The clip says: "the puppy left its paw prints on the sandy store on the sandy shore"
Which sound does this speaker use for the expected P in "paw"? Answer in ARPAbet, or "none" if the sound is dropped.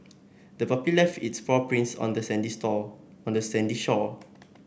F